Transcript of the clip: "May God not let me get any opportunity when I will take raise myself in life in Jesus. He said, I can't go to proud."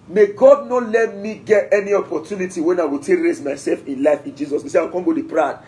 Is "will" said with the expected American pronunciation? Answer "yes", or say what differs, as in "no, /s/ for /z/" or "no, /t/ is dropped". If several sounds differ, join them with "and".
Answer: yes